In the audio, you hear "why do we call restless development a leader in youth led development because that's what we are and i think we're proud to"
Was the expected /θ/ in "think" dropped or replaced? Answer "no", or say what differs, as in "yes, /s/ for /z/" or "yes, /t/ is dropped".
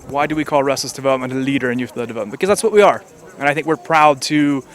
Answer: no